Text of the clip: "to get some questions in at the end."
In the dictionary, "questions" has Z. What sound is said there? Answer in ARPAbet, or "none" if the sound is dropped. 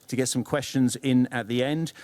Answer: Z